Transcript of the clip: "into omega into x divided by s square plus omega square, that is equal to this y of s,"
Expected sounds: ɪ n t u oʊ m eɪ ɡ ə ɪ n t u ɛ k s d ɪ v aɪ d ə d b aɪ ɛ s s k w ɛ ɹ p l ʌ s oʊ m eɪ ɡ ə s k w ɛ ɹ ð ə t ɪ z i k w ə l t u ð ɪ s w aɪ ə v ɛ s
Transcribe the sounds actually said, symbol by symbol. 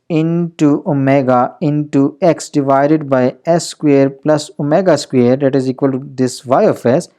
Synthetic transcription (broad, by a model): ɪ n t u oʊ m eɪ ɡ ə ɪ n t u ɛ k s d ɪ v aɪ d ə d b aɪ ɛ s s k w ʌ ɹ p l ʌ s oʊ m eɪ ɡ ə s k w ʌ ɹ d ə t ɪ z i k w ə l t u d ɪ s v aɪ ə f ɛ s